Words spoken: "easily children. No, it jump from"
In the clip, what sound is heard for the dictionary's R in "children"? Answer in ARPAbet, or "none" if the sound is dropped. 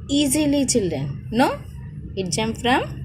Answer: none